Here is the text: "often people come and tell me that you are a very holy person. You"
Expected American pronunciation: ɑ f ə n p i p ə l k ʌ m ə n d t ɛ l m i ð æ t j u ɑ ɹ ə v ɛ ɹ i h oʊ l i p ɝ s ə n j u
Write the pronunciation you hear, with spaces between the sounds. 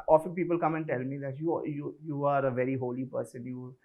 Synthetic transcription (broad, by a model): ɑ f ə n p i p ə l k ʌ m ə n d t ɛ l m i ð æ t j u ɑ ɹ ə v ɛ ɹ i h oʊ l i p ɝ s ə n j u